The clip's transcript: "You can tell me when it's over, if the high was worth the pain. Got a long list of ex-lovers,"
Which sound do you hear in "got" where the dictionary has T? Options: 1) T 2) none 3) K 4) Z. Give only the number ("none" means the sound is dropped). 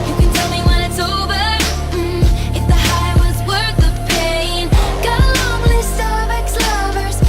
2